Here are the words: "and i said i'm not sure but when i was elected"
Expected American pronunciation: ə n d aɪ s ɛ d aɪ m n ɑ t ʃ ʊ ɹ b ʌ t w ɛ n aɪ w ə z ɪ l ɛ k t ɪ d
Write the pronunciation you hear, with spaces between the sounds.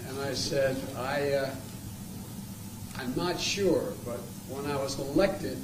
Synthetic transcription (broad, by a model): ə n aɪ s ɛ d aɪ m n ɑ t ʃ ʊ ɹ b ʌ t w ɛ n aɪ w ə z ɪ l ɛ k t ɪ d